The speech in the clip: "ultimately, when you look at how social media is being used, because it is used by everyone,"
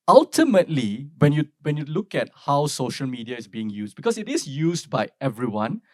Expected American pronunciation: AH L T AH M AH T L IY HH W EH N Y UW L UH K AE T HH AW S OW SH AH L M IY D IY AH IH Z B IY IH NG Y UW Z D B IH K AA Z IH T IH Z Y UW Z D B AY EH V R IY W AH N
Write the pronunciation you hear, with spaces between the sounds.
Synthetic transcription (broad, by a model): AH L T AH M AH T L IY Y W EH N Y UW L UH K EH T HH AW S OW SH AH L M IY D IY AH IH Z B IY IH NG Y UW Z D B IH K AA S IH T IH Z Y UW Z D B AY EH V R IY W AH N